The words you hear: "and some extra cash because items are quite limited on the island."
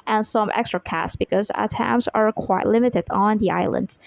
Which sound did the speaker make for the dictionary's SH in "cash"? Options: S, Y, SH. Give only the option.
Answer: S